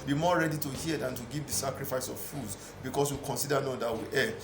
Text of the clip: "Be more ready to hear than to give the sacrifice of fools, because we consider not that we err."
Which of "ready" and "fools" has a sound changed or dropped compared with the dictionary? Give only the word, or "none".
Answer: fools